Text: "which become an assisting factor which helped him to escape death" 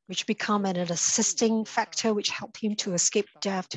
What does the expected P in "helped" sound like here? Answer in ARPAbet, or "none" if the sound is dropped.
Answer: P